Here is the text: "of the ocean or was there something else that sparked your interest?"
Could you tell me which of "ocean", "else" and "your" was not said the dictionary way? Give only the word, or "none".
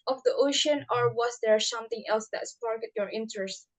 none